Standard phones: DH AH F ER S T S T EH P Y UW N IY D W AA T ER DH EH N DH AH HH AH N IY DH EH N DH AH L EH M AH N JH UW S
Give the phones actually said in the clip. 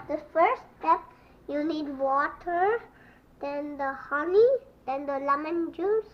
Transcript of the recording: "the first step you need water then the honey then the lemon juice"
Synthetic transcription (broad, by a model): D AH F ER T S T EH P Y UW N IY D W AA T ER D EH N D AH HH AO L IY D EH N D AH L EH M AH N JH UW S